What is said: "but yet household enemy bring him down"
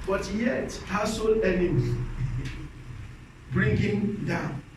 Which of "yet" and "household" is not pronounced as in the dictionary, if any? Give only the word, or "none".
household